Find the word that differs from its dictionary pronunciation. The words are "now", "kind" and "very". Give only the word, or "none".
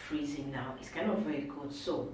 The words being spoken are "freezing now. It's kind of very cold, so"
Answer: none